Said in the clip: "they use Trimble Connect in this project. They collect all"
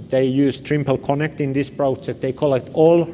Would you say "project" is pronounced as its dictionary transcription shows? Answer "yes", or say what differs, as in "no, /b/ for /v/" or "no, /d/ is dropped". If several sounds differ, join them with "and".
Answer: no, /k/ is dropped